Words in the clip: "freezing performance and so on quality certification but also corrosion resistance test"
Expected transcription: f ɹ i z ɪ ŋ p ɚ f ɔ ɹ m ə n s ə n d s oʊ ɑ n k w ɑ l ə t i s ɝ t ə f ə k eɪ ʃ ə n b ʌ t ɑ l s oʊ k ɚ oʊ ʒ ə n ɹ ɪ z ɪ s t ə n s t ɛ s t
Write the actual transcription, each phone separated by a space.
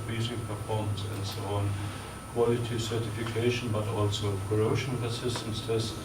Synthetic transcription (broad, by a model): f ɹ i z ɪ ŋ p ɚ f ɔ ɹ m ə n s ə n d s oʊ ɑ n k w ɑ l ə t i s ɝ t ə f ə k eɪ ʃ ə n b ʌ t ɑ l s oʊ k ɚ oʊ ʃ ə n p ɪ s ɪ s t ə n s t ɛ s